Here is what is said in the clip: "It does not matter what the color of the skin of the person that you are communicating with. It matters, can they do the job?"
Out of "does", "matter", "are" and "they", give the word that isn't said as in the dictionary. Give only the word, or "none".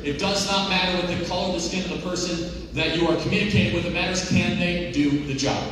none